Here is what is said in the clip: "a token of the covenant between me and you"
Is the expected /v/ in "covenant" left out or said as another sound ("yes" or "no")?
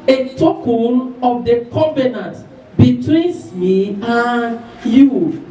yes